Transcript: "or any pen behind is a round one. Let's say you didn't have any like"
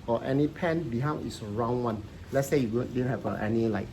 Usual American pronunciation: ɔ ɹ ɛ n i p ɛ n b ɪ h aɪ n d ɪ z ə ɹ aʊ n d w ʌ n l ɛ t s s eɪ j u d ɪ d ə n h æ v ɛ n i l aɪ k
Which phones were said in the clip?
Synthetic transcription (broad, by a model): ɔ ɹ ɛ n i p ɛ n b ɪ h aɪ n ɪ s ə ɹ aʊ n w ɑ n l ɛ t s s eɪ j u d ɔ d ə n h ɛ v ɛ n i l aɪ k